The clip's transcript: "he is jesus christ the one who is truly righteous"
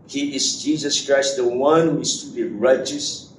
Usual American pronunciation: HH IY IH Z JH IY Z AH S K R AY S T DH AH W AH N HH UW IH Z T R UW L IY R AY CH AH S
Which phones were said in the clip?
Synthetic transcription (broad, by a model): HH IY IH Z JH IY Z AH S K R AY S T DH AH W AH N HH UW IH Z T UW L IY R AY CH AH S